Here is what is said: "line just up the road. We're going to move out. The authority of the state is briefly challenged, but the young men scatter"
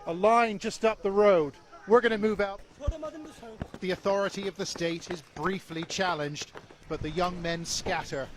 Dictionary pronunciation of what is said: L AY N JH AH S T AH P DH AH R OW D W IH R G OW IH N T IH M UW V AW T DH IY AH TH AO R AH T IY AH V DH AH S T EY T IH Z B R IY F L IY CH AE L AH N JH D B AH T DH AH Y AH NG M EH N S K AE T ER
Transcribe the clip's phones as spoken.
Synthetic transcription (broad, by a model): L AY N JH AH S T AH P DH AH R OW D W IH R G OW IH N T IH M UW V AW T DH IY AH TH AO R AH T IY AH V DH AH S T EY T IH Z B R IY F L IY CH AE L AH N JH D B AH T DH AH Y AH NG M EH N S K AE T ER